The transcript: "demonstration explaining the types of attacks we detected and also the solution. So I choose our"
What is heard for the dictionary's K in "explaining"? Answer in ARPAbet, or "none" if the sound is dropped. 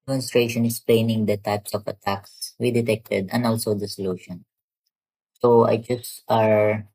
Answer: none